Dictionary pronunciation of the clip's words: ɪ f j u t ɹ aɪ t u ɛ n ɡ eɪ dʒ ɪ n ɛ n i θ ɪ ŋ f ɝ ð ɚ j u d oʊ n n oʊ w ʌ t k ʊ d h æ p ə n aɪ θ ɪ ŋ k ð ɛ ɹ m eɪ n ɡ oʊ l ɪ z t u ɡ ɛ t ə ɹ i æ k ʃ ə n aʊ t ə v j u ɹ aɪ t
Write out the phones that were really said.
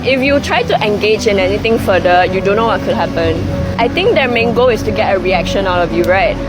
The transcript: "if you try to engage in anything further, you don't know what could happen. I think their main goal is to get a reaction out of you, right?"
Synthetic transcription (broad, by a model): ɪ f j u t ɹ aɪ t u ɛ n ɡ eɪ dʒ ɪ n ɛ n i t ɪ ŋ f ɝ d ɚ j u d oʊ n n oʊ w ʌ t k ʊ d h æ p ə n aɪ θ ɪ ŋ k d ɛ m eɪ n ɡ oʊ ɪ s t u ɡ ɛ t ə ɹ i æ k ʃ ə n aʊ t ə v j u ɹ aɪ t